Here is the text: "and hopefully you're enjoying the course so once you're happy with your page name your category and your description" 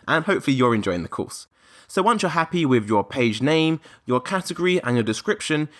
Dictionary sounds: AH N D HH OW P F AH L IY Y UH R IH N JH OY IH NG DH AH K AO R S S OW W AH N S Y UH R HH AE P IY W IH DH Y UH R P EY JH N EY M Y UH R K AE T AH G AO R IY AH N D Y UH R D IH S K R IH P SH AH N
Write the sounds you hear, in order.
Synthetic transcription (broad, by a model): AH N HH OW P F AH L IY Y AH R IH N JH OY IH NG DH AH K AO S S OW W AH N S Y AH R HH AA P IY W IH DH Y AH P EY JH N EY M Y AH K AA T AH G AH R IY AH N Y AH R D IH S K R IH P SH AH N